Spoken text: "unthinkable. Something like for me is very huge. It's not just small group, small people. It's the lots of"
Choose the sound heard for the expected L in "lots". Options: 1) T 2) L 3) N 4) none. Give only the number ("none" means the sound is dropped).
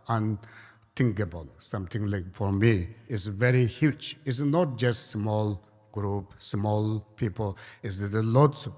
2